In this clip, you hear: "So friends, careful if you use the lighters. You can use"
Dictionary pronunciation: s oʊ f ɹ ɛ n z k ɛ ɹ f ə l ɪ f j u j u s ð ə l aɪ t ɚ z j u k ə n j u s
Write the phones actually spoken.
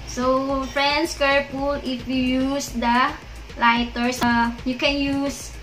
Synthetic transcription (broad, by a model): s oʊ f ɹ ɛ n s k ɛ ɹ p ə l ɪ f j u j u s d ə l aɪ t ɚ s j u k ə n j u s